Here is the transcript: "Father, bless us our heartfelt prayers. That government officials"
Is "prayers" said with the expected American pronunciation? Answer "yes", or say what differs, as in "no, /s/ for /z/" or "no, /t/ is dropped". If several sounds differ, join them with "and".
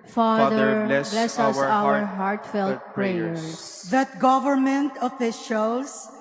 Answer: no, /s/ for /z/